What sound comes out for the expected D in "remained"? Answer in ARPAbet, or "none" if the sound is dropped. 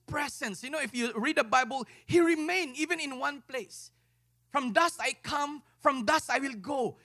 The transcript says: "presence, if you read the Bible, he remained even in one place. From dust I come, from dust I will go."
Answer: none